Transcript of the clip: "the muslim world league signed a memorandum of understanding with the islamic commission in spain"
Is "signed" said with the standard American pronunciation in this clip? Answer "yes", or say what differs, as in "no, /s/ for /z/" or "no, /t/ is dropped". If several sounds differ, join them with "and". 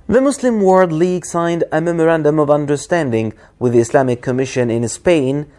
yes